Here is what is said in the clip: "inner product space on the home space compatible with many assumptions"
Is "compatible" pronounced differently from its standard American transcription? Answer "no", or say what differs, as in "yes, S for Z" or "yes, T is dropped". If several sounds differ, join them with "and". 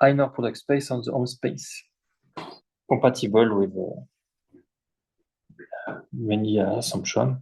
yes, M is dropped